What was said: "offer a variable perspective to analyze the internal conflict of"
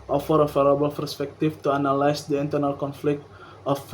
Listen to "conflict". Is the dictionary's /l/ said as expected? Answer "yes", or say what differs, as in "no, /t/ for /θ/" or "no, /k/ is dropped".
yes